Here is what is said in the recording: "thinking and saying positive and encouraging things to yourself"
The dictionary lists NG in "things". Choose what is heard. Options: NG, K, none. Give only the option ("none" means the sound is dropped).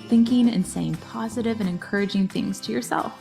NG